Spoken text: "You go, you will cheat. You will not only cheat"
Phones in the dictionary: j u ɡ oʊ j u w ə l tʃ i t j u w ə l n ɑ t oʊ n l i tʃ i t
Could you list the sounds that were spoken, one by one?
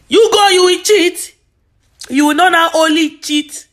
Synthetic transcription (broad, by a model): j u ɡ oʊ j u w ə tʃ i t j u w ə n n ɑ t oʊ l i tʃ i t